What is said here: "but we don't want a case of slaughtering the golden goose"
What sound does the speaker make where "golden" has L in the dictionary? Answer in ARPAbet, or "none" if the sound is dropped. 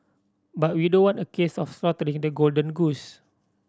L